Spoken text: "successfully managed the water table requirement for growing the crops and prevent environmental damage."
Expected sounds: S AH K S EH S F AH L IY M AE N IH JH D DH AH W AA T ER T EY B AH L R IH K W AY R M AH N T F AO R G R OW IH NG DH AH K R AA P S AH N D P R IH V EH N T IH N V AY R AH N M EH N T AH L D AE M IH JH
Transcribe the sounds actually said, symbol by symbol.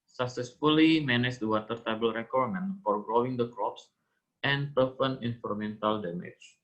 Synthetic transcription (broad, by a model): S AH K S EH S F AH L IY M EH N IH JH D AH W AA T ER T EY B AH L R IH K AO R M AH N F AO R G R OW IH NG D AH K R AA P S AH N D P IH F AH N IH N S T R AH M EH N T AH L D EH M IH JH